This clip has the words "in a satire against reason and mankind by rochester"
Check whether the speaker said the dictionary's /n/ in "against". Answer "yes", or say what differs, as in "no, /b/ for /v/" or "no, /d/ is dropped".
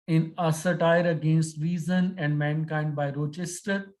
yes